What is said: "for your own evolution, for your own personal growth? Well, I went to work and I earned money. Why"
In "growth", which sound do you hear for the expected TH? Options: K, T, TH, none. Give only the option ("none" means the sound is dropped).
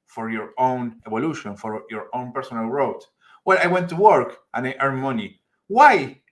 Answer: T